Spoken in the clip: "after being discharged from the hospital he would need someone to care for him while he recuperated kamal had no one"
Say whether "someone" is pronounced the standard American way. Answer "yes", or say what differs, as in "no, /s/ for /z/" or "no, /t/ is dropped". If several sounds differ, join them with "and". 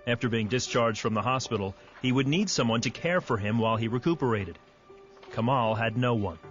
yes